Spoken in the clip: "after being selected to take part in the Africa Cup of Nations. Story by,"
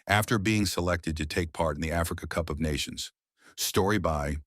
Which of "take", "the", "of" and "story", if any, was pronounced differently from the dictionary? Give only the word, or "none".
none